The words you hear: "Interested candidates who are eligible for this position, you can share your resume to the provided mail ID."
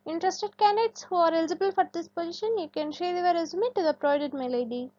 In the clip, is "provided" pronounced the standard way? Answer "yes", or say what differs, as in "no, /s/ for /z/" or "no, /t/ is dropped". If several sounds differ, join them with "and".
no, /v/ is dropped